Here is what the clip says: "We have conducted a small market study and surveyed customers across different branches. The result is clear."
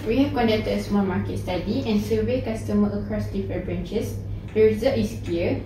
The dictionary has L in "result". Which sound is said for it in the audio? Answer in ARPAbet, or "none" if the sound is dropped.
none